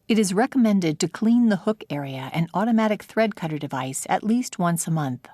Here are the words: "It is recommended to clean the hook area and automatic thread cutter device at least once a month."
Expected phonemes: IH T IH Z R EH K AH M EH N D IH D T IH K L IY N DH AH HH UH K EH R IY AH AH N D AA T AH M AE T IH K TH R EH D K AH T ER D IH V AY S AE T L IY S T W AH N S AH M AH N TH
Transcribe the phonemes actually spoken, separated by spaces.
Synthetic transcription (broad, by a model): IH T IH Z R EH K AH M EH N D IH D T IH K L IY N DH AH HH UH K EH R IY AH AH N AA T AH M AE T IH K TH R EH D K AH T ER D IH V AY S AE T L IY S T W AH N S AH M AH N TH